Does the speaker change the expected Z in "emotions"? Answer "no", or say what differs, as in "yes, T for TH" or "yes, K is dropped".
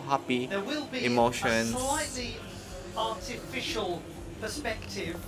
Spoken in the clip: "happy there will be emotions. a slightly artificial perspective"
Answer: yes, Z is dropped